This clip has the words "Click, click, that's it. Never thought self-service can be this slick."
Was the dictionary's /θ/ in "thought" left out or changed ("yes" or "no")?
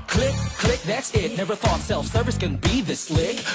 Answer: no